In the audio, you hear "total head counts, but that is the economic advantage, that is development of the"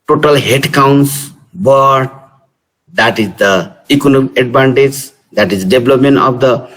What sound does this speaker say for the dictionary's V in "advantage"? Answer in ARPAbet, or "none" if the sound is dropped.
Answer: B